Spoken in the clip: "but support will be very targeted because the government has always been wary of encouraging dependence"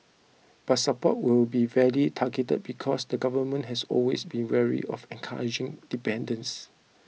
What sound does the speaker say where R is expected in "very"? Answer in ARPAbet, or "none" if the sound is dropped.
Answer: L